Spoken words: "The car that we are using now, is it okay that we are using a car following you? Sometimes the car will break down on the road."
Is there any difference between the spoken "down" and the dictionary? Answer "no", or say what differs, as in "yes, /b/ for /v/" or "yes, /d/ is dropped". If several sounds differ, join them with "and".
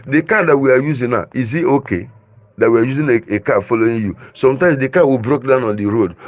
no